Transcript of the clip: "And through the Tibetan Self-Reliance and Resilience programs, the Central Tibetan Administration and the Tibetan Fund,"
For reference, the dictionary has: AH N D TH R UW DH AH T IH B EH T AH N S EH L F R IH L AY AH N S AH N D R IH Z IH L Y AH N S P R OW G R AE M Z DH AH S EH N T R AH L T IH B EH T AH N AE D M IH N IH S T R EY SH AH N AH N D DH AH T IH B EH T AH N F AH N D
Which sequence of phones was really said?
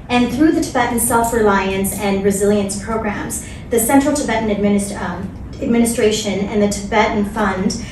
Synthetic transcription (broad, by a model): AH N TH R UW DH AH T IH B EH T N S EH L F R IH L AY AH N S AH N R IH Z IH L Y AH N S P R OW G R AE M Z DH AH S EH N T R L T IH B EH T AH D AE D M IH N IH S T R EY SH AH N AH N DH AH T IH B EH T N F AH N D